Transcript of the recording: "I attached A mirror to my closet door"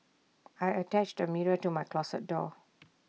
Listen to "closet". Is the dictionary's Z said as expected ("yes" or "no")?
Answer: no